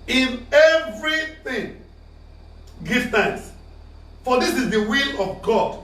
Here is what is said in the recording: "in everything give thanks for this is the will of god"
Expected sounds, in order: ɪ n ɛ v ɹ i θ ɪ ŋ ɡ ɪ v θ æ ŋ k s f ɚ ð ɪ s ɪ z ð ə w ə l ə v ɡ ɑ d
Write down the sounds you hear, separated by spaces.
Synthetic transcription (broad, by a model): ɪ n ɛ v ɹ i θ ɪ ŋ ɡ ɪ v t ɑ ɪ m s f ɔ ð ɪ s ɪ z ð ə w ə l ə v ɡ ɑ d